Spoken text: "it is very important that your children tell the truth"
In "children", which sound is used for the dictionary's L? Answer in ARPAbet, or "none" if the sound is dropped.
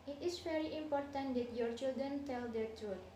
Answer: L